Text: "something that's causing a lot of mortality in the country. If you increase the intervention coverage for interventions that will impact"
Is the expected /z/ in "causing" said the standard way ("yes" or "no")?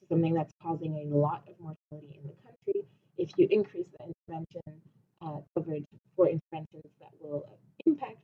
yes